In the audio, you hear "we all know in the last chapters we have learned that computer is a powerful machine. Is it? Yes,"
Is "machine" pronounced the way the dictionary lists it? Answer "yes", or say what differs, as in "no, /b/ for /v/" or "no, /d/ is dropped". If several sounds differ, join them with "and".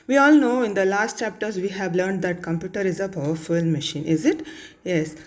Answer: yes